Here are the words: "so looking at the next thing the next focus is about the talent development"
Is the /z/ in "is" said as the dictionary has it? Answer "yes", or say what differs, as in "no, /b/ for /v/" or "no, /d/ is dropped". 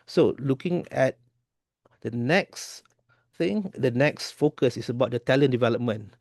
no, /s/ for /z/